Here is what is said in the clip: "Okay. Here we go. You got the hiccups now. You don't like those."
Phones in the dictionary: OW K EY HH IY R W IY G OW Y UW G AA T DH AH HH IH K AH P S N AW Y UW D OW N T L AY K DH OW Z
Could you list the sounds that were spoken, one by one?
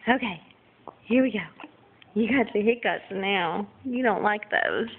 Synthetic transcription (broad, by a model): OW K EY HH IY R W IY G OW Y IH G AA T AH HH IH K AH S N AW Y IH D OW N T L AY K DH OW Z